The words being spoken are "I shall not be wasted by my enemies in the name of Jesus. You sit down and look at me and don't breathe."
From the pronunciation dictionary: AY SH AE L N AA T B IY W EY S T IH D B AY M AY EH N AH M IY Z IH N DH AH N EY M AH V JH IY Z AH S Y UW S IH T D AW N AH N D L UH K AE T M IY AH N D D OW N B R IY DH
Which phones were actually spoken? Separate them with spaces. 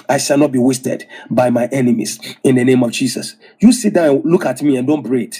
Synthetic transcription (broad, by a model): AY SH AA L N AA T B IY W EY S T IH D B AY M AY EH N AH M IY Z IH N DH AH N EY M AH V JH IY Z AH S Y UW S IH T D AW AH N L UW K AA T M IY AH N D D OW N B R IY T